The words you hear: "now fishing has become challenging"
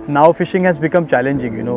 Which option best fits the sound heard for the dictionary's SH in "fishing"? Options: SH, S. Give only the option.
SH